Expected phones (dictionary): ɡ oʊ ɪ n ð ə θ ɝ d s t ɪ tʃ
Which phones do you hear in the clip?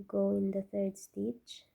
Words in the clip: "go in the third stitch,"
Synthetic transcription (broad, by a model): ɡ oʊ ɪ n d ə t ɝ d s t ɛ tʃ